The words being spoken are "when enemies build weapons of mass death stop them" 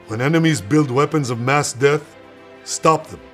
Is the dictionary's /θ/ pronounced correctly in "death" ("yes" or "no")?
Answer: yes